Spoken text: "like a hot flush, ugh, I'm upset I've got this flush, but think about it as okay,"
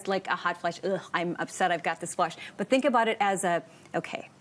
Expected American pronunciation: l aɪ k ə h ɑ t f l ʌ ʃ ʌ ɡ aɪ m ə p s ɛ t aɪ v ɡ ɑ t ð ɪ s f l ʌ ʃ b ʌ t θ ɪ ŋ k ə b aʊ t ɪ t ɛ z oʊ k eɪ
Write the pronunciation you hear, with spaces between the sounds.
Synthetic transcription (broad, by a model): l aɪ k ə h ɑ t f l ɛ ʃ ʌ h aɪ m ə p s ɛ t aɪ v ɡ ɑ t ð ɪ s f l ʌ ʃ b ʌ t θ ɪ ŋ k ə b aʊ t ɪ t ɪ z oʊ k eɪ